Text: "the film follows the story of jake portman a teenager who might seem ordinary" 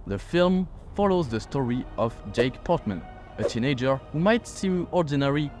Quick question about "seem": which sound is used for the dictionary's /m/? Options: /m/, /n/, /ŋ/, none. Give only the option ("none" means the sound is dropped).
none